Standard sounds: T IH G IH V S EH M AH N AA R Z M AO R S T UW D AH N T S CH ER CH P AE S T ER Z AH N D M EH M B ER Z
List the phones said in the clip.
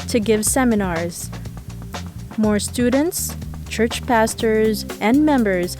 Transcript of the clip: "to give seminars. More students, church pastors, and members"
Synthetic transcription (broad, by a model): T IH G IH V S EH M AH N AA R Z M AO R S T UW D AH N T S CH ER CH P AE S T ER Z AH N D M EH M B ER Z